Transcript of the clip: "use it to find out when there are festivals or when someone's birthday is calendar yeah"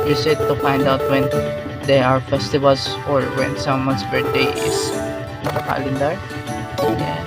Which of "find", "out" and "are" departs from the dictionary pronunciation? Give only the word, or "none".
none